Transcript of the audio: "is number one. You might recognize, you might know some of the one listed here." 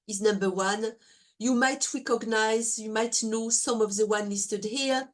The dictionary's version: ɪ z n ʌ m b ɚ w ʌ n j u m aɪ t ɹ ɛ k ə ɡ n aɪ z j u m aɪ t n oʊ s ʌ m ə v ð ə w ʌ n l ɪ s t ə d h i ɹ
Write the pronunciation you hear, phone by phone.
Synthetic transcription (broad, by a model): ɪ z n ʌ m b ɚ w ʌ n j u m aɪ t ɹ ɛ k ə ɡ n aɪ z j u m aɪ t n oʊ s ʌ m ə v ð ə w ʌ n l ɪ s t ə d h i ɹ